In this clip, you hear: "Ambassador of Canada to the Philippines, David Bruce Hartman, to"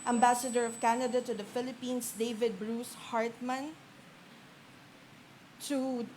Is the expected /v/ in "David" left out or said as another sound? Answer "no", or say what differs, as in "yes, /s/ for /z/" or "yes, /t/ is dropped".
no